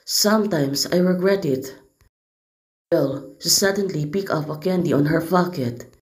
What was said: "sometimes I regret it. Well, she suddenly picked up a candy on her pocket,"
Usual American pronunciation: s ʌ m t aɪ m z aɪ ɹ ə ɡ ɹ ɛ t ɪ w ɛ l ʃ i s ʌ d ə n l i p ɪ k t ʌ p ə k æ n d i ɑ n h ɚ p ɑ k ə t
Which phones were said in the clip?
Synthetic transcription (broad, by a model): s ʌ m t aɪ m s aɪ ɹ ə ɡ ɹ ɛ t ɪ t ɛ l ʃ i s ʌ d ə n l i p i k ʌ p ə k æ n d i ɑ n h ɚ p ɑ k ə t